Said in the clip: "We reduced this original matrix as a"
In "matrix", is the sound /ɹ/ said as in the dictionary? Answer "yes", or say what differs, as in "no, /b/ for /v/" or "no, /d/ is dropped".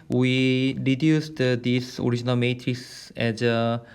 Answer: yes